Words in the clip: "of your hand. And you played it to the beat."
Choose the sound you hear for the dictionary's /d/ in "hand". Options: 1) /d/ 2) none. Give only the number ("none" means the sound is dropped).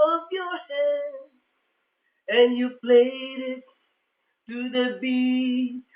2